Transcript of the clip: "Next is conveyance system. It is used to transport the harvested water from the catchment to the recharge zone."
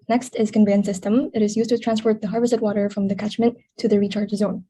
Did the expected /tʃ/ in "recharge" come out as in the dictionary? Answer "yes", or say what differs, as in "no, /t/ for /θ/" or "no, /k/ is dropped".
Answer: yes